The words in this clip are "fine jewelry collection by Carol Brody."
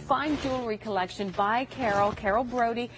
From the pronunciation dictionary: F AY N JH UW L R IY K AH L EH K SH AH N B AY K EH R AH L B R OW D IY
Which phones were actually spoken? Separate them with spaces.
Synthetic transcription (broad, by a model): F AY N JH UW L R IY K AH L EH K SH AH N B AY K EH R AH L B R OW D IY